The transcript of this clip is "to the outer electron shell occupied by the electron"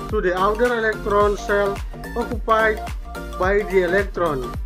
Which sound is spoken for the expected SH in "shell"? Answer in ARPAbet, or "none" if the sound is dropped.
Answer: S